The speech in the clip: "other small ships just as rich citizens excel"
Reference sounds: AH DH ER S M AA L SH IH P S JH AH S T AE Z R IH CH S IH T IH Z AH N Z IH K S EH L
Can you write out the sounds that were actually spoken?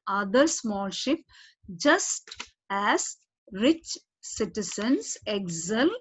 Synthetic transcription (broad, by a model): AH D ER S M AA L SH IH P JH AH S T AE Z R IH CH S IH T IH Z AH N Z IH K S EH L